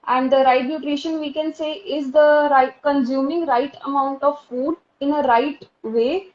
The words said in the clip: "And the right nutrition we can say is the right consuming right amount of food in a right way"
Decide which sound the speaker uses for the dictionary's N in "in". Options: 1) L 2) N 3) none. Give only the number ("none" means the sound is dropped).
2